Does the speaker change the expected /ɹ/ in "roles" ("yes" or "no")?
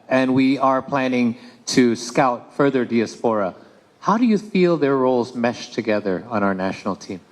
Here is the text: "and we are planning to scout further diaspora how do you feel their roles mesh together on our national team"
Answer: no